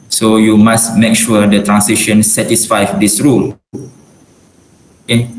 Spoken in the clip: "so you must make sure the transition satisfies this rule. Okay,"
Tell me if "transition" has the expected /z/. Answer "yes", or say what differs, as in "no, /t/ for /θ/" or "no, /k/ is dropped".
no, /s/ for /z/